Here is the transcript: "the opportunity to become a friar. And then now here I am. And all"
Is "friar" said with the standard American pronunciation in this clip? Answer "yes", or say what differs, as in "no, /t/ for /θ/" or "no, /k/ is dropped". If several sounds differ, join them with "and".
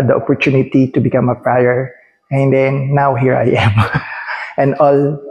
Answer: no, /p/ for /f/